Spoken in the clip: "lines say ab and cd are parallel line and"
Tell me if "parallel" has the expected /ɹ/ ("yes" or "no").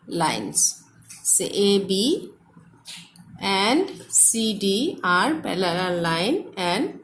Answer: no